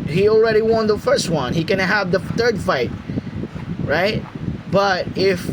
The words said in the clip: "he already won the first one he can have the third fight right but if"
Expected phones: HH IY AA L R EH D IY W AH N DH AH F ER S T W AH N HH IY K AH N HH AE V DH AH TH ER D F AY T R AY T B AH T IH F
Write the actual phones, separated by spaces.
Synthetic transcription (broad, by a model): HH IY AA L R EH D IY W AH N DH AH F ER S T W AH N HH IY K AH N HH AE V DH AH TH ER D F AY T R AY T B AH T IH F